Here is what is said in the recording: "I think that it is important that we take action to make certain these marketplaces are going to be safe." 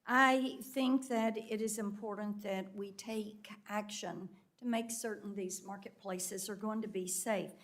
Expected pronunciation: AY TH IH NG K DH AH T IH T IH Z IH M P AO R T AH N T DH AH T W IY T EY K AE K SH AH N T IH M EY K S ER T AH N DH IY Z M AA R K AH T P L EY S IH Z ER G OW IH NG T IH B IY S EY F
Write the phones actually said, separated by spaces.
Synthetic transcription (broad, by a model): AY TH IH NG K DH AH T IH T IH Z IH M P AO R T N DH AH T W IY T EY K AE K SH AH N T IH M EY K S ER T N DH IY Z M AA R K AH T P L EY S IH Z ER G OW IH NG T IH B IY S EY F